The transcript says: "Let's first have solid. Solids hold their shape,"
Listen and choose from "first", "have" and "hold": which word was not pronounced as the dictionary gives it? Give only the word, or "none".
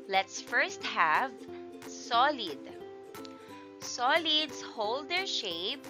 none